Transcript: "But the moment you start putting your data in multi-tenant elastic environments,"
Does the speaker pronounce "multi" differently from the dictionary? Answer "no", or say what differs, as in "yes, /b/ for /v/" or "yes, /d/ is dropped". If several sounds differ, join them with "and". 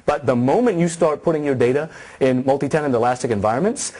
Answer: no